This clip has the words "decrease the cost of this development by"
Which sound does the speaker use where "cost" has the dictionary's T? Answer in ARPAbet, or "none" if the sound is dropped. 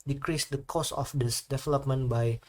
none